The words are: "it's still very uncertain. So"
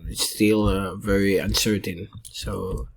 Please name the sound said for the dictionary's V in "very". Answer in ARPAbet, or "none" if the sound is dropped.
V